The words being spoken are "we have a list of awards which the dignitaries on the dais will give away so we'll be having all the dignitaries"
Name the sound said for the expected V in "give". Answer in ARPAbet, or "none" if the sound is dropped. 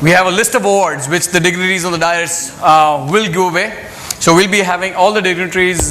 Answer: none